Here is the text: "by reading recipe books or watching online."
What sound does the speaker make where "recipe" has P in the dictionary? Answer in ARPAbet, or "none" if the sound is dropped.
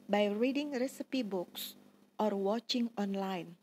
P